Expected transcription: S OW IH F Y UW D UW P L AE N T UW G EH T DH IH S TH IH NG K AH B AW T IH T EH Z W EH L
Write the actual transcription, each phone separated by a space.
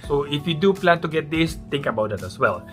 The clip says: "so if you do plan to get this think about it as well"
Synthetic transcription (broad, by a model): S OW IH F Y UW D UW P L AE N T UW G EH T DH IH S T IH NG K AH B AW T IH T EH S W EH L